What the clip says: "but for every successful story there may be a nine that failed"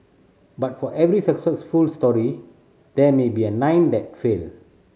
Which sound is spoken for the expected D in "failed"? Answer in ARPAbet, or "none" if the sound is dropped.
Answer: none